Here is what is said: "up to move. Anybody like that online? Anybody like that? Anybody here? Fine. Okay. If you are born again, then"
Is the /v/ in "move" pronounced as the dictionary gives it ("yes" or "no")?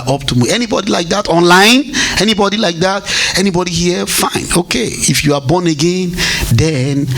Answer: no